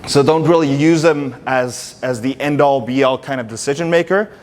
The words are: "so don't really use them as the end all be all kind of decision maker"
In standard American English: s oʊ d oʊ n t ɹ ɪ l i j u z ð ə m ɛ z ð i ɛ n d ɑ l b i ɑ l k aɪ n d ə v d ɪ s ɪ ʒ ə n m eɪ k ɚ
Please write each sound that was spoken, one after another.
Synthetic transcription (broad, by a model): s oʊ d oʊ n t ɹ ɪ l i j u z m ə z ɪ z ð i ɛ n d ɑ l b i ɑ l k aɪ n d ə v d ɪ s ɪ ʒ ə n m eɪ k ɚ